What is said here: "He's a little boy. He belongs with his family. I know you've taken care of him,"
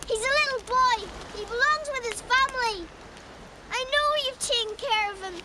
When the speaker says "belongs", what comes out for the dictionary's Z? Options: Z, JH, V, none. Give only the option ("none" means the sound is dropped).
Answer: Z